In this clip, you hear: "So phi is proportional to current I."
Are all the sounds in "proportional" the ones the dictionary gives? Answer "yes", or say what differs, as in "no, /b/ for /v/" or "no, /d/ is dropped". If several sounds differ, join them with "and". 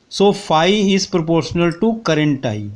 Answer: yes